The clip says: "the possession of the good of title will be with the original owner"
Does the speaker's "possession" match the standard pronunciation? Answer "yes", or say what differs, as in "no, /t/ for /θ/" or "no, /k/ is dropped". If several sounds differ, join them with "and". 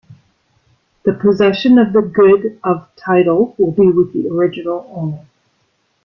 yes